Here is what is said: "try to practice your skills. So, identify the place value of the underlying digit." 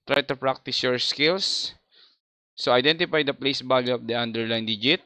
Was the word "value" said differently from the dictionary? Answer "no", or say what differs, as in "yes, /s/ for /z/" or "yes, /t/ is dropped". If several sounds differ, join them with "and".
yes, /b/ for /v/